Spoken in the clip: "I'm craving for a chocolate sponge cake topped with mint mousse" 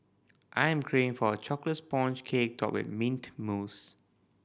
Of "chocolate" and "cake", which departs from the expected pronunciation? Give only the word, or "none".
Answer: none